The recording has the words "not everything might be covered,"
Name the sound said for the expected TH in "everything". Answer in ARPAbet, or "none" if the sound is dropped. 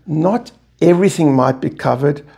TH